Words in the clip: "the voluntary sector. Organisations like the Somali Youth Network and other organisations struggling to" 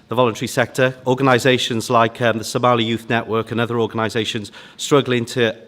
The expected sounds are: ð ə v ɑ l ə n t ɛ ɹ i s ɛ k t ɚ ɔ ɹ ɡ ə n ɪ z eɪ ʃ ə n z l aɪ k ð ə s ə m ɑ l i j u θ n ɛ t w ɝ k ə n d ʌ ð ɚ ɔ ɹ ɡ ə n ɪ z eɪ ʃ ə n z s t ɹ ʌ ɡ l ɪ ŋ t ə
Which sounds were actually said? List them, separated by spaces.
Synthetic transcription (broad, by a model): ð ə v ɑ l ə n t ɛ ɹ i s ɛ k t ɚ ɔ ɡ ə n ɪ z eɪ ʃ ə n z l aɪ k ð ə s ə m ɑ l i j u θ n ɛ t w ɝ k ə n ʌ ð ɚ ɔ ɡ ə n ɪ z eɪ ʃ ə n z s t ɹ ʌ ɡ l ɪ ŋ t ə